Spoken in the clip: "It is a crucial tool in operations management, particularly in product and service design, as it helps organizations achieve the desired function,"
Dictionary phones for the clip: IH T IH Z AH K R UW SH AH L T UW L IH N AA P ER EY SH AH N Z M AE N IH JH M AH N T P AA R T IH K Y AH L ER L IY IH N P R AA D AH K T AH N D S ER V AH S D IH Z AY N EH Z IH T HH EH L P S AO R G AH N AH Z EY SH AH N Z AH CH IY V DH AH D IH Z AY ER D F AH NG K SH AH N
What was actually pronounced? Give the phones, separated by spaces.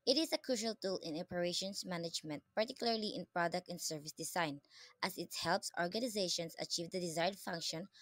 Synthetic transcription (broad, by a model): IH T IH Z AH K R UW SH AH L T UW L IH N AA P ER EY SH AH N S M AE N IH JH M AH N T P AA R T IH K Y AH L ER L IY IH N P R AA D AH K T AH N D S ER V AH S D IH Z AY N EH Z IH T HH EH L P S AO R G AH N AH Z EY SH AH N S AH CH IY V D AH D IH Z AY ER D F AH NG K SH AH N